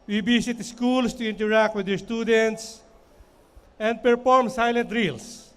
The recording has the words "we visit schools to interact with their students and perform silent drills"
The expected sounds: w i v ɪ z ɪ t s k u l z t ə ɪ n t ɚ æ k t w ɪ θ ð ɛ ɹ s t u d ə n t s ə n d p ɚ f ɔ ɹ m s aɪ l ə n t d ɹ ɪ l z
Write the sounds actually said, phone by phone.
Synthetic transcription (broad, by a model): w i b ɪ s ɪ t s k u l s t ə ɪ n t ɚ æ k t w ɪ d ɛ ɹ s t u d ə n t s ə n d p ɚ f ɔ ɹ m s aɪ l ə n t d ɹ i l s